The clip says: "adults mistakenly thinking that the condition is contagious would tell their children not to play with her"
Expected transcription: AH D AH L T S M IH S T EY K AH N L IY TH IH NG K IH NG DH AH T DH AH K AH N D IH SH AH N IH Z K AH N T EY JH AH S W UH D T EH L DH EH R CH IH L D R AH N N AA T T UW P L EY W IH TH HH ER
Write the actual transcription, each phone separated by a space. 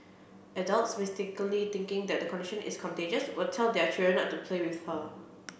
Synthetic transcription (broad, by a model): AH D AH L T S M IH S T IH K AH L IY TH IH NG K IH NG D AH T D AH K AH N D IH SH AH N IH S K AH N T EY JH AH S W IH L T EH L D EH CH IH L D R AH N N AA T T UW P L EY W IH TH HH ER